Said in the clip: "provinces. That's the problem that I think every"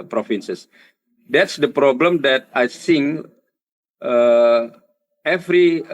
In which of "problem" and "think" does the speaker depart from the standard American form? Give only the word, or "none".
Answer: think